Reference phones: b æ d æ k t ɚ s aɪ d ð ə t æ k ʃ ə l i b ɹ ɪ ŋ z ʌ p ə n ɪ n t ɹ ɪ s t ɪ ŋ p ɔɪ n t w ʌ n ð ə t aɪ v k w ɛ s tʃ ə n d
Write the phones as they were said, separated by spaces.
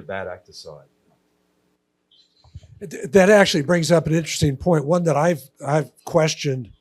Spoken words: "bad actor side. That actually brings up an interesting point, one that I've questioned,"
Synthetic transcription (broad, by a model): b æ d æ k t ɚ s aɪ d ð ə t æ k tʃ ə l i b ɹ ɪ ŋ z ʌ p ə n ɪ n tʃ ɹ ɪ s t ɪ ŋ p ɔɪ n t w ʌ n ð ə t aɪ v k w ɛ s tʃ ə n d